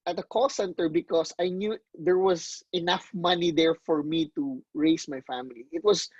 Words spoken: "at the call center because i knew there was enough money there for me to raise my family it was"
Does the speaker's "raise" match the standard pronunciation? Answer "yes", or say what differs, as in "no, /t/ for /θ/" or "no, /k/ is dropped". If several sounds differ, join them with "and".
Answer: no, /s/ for /z/